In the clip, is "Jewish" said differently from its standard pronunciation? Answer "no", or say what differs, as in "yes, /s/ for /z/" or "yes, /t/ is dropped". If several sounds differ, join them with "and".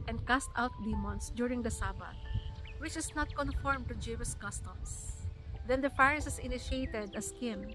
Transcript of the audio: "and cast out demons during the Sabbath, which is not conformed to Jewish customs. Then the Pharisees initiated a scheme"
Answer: yes, /s/ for /ʃ/